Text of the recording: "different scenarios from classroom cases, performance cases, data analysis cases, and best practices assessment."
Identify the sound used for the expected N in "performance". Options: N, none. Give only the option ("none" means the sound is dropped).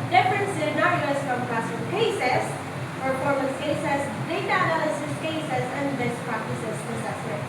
none